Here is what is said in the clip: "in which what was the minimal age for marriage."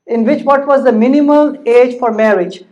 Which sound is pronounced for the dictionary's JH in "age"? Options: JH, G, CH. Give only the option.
JH